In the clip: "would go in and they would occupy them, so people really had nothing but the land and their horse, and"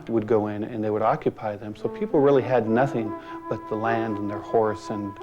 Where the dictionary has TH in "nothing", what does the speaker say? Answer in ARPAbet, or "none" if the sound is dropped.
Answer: TH